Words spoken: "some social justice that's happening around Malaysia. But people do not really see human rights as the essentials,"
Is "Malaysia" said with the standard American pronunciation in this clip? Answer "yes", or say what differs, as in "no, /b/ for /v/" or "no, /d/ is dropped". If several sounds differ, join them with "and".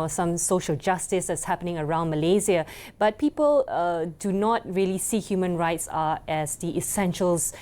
no, /z/ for /ʒ/